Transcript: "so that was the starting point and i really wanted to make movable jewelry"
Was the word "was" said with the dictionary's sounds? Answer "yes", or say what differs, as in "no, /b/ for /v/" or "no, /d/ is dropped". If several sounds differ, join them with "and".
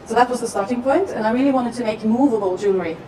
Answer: yes